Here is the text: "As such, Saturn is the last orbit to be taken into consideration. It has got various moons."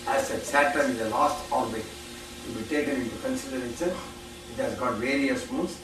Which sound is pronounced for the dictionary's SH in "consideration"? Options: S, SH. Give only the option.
S